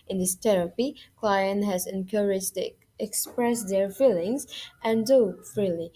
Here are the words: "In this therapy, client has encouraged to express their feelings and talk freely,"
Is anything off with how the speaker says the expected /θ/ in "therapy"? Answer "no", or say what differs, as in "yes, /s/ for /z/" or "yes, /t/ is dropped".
yes, /t/ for /θ/